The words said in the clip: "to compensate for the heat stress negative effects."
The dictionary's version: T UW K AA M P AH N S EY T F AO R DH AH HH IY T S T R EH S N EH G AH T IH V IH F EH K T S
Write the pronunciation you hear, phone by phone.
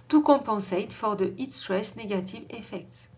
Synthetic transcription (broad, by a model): T UW K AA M P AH S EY T F AO R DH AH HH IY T S T R EH S N EH G AH T IH V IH F EH K T S